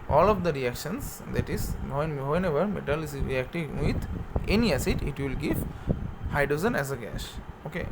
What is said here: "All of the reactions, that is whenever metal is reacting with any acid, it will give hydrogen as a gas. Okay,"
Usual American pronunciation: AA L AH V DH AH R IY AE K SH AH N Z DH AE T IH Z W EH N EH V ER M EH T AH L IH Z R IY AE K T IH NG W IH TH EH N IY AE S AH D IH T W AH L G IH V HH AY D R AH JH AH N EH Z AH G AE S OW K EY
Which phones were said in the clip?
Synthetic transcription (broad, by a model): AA L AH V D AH R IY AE K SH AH N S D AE T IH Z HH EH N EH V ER M EH T AH L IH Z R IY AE K T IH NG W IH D EH N IY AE S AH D IH T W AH L G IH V HH AY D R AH Z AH N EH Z AH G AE SH OW K EY